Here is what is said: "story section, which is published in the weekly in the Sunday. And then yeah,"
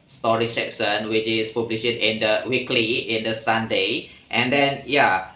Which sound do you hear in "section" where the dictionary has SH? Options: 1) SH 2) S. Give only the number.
2